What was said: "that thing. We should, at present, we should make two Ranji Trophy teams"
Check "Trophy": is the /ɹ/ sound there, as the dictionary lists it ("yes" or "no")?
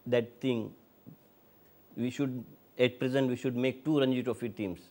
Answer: no